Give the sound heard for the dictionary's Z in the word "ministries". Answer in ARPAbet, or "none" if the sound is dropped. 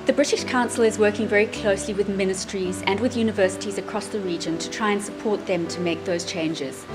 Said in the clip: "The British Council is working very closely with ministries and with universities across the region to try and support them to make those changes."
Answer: Z